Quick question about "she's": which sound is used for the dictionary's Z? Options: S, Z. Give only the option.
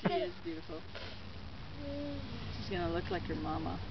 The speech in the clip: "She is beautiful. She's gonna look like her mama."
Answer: S